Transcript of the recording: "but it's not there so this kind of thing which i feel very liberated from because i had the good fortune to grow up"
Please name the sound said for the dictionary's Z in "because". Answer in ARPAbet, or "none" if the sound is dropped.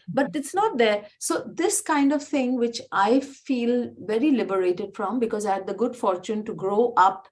Z